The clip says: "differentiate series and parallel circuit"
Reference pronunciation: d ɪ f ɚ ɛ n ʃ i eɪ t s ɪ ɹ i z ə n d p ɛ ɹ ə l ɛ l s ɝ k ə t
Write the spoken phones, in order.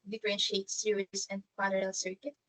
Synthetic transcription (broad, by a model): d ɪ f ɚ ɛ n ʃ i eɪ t s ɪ i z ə n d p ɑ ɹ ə ɛ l s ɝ k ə t